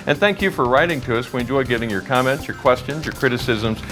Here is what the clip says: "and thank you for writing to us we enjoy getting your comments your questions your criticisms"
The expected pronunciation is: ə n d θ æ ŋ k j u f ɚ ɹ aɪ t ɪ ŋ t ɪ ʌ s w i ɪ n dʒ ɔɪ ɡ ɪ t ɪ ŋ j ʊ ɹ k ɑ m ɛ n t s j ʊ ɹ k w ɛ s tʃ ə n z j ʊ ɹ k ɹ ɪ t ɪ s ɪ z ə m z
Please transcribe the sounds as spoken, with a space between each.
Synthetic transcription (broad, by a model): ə n θ æ ŋ k j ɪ f ɚ ɹ aɪ t ɪ ŋ t ɪ ʌ s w ɪ n dʒ ɔɪ ɡ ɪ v ɪ ŋ j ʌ ɹ k ɑ m ɛ n t s j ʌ ɹ k w ɛ s tʃ ə n z j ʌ ɹ k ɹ ɪ t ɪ s ɪ z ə m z